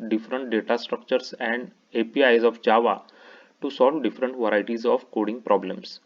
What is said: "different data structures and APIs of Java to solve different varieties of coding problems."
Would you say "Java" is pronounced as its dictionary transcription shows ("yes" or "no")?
yes